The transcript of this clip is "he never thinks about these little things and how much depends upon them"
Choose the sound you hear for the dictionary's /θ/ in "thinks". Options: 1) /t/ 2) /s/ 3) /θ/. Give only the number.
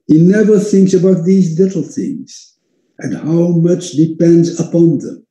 3